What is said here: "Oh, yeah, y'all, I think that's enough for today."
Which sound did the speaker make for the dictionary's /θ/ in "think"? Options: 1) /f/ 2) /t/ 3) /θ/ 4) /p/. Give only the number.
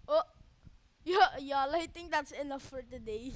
2